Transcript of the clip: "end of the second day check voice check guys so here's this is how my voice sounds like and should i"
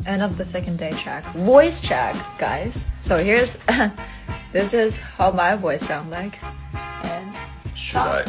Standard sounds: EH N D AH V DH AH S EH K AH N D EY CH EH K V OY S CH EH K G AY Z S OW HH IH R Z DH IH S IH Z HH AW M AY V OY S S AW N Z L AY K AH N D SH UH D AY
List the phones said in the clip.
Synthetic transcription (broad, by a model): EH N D AH P DH AH S EH K AH N D EY CH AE K V OY S CH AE K G AY Z S OW HH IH R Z DH IH S IH Z HH AW M AY V OY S S AW N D L AY K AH N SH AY